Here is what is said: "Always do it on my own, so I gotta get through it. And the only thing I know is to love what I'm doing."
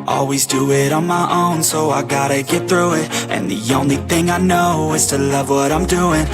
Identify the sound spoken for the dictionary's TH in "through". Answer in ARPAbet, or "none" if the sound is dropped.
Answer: TH